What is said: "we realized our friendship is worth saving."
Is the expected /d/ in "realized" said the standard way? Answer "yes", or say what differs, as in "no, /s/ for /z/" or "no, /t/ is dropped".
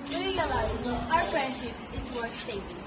no, /d/ is dropped